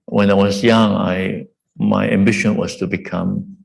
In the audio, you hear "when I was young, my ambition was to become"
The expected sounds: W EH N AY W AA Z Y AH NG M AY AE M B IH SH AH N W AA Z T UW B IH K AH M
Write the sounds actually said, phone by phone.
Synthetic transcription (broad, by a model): W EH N AY W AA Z Y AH NG M AY AE M B IH SH AH N W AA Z T UW B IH K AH M